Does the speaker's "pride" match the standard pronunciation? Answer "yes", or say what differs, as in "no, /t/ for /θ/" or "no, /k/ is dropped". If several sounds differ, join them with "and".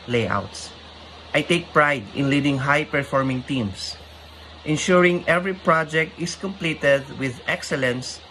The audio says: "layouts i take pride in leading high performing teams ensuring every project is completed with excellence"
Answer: yes